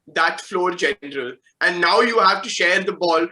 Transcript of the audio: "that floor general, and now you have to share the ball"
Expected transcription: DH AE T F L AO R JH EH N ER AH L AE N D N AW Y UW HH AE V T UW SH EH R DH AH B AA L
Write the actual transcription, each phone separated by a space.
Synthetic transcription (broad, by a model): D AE T F L AO R JH EH N ER AH L AE N D N AW Y UW HH AE V T UW SH EH R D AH B AA L